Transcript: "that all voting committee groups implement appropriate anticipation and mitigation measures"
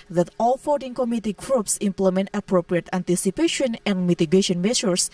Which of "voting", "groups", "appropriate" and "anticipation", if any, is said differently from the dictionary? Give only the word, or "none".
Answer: voting